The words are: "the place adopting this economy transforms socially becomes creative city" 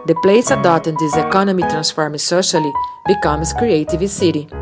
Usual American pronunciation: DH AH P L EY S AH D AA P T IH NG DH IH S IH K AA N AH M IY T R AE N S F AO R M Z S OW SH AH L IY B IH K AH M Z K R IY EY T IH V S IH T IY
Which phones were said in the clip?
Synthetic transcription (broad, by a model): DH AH P L EY S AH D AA T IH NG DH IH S IH K AA N AH M IY T R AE N S F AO R M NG S OW SH AH L IY B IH K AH M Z K R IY EY T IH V S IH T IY